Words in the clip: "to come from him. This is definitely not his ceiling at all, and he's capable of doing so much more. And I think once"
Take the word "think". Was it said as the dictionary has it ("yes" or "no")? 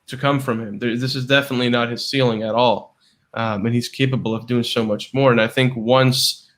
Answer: yes